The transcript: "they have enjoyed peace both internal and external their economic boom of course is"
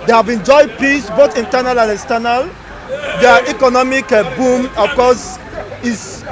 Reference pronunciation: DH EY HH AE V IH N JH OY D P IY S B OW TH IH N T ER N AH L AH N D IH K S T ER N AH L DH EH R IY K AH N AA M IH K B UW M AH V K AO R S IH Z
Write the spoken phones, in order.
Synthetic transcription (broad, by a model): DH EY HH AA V IH N JH OY D P IY S B OW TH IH N T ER N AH L AH N D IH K S T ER N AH L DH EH IY K AH N AA M IH K B UW M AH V K AO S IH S